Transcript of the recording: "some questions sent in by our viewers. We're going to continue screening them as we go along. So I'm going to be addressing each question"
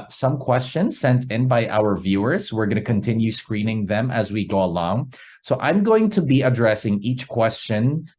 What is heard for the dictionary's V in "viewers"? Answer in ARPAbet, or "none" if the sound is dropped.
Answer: V